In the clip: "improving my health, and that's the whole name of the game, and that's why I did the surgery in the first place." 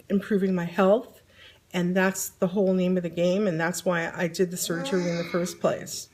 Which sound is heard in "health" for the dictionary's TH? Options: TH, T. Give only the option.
TH